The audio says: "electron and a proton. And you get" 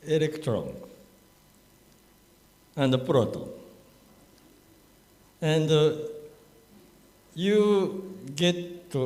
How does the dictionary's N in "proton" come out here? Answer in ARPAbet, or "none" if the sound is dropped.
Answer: none